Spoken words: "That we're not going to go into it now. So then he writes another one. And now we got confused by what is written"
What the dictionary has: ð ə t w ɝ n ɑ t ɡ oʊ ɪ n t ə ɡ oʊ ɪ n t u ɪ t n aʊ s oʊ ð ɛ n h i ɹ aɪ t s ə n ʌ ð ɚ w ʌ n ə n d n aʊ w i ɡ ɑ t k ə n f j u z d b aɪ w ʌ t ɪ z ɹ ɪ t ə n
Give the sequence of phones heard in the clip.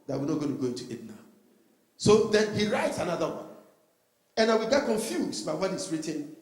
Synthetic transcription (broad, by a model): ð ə t w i n ɑ t ɡ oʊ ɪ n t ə ɡ oʊ ɪ n t u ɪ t n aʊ s oʊ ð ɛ n h i ɹ aɪ t s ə n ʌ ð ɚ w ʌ n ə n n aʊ w i ɡ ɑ t k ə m f j u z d b aɪ w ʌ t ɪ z ɹ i t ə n